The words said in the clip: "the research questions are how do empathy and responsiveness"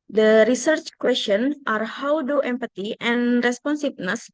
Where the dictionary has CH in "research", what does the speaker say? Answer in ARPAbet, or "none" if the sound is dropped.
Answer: CH